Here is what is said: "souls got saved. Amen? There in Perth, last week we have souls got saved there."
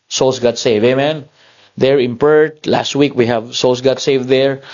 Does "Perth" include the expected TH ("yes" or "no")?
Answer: no